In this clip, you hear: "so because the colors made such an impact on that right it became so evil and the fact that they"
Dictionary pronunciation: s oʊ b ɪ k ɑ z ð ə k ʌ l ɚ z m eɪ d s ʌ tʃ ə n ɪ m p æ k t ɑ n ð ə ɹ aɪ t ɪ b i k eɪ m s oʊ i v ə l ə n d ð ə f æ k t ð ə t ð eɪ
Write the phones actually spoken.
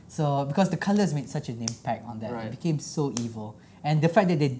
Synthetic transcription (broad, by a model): s oʊ b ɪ k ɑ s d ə k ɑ l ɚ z m eɪ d s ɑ tʃ ə n ɪ m p æ k t ɑ n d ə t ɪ b i k eɪ m s oʊ i v ə l ə n d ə f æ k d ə t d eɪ